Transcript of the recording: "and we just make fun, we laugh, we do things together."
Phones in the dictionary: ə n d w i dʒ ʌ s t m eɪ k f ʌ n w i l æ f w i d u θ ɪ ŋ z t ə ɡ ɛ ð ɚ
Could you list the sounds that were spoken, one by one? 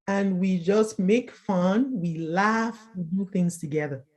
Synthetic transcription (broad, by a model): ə n w i dʒ ʌ s t m eɪ k f ʌ n w i l æ f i d u θ ɪ ŋ z t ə ɡ ɛ ð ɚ